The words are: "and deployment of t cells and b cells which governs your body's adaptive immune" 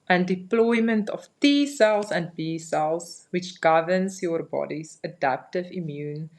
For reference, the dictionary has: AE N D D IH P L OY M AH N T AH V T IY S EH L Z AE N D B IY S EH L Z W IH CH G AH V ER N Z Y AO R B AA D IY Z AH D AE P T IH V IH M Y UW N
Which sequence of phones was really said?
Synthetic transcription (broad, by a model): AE N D D IH P L OY M AH N T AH F T IY S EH L S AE N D B IY S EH L S W IH CH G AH V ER N S Y AO R B AA D IY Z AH D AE P T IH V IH M Y UW N